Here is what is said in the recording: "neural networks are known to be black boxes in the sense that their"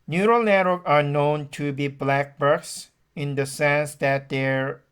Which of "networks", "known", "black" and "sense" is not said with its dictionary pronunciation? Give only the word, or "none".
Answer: networks